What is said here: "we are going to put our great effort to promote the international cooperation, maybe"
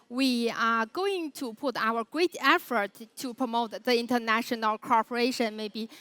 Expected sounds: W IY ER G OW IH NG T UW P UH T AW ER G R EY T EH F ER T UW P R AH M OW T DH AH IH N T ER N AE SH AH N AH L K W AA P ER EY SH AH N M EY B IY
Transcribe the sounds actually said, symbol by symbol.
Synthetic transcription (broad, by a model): W IY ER G OW IH NG T UW P UH T AW ER G R EY T EH F ER T UW P R AH M OW T DH AH IH N T ER N AE SH AH N AH L K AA P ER EY SH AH N M EY B IY